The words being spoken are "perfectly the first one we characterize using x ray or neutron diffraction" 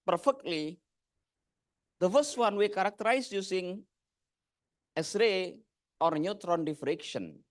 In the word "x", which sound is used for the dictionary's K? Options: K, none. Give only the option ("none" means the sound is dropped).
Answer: none